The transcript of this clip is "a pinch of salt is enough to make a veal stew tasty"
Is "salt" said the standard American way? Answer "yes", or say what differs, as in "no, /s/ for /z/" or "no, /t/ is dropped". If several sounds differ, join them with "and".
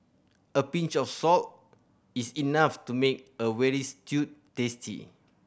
yes